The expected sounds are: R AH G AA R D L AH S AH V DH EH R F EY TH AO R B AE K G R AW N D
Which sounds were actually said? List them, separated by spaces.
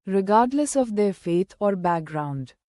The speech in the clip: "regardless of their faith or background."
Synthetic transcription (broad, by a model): R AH G AA R D L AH S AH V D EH R F EY T AO R B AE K G R AW N D